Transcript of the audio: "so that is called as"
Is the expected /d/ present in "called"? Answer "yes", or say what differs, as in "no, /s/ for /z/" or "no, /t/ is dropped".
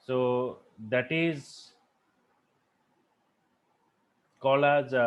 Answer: no, /d/ is dropped